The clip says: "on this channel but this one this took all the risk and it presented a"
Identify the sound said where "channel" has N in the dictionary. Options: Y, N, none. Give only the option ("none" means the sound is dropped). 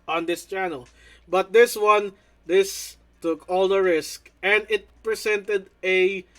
N